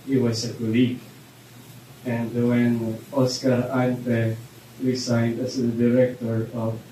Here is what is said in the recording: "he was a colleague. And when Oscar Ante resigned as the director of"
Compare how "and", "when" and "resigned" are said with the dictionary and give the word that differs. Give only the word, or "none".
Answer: none